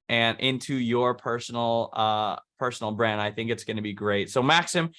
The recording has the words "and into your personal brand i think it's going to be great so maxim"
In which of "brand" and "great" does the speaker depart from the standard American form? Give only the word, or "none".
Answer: none